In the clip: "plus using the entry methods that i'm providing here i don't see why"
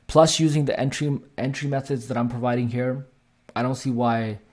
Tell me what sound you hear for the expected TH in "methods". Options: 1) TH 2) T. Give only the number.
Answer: 1